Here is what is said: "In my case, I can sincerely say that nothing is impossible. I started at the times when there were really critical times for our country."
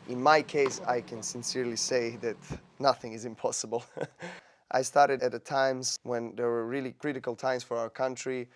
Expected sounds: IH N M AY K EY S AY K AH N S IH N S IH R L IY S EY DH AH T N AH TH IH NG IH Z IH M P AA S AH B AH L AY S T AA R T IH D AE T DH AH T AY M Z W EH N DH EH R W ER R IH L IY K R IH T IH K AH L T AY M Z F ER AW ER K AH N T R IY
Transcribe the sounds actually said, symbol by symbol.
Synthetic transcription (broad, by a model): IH N M AY K EY S AY K AH N S IH N S IH R L IY S EY DH AH T N AH TH IH NG IH Z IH M P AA S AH B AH L AY S T AA R T IH D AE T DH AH T AY M Z W EH N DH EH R W ER R IH L IY K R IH T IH K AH L T AY M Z F ER AW ER K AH N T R IY